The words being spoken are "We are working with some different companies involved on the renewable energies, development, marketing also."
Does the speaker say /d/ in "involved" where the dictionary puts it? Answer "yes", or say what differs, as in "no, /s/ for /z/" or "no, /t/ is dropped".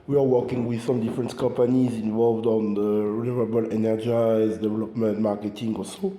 yes